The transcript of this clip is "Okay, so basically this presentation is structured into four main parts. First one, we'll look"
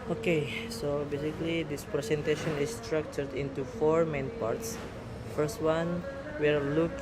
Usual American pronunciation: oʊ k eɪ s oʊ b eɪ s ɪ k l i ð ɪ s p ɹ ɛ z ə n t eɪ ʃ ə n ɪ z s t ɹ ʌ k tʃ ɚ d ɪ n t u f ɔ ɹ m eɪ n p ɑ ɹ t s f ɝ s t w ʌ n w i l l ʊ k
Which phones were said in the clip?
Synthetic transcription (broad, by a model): oʊ k eɪ s oʊ b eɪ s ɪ k l i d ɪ s p ɹ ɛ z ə n t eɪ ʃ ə n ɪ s t ɹ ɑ k tʃ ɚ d ɪ n t u f ɔ ɹ m eɪ n p ɑ ɹ t s f ɝ s t w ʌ n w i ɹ l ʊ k